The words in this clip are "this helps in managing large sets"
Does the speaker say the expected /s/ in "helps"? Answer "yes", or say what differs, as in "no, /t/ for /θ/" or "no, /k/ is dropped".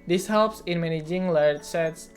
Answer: yes